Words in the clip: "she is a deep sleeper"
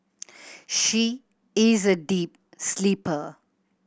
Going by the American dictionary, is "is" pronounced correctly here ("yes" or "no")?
yes